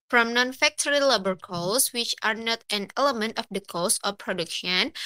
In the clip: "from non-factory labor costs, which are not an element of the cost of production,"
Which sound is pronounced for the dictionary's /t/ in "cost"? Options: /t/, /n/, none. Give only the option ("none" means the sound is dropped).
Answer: none